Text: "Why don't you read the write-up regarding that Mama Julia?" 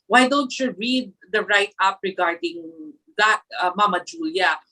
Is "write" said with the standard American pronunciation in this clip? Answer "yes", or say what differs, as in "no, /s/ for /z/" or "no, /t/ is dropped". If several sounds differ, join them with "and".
yes